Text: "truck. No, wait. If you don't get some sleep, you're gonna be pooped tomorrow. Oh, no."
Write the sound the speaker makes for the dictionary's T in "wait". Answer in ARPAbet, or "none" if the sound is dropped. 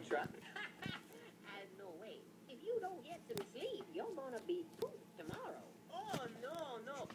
none